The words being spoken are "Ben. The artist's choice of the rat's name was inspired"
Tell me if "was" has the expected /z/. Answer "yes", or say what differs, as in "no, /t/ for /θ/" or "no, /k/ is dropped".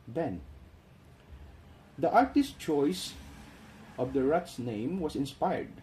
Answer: no, /s/ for /z/